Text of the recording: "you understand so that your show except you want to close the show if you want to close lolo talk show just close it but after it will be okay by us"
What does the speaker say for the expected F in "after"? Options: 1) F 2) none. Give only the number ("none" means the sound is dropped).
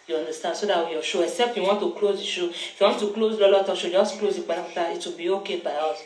2